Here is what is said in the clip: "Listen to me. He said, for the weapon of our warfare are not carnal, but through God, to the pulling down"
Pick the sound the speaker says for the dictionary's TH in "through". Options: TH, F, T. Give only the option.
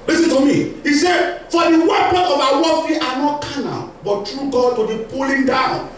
T